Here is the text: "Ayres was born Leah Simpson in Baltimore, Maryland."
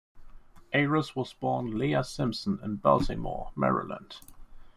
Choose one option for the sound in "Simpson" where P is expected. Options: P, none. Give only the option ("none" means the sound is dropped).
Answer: P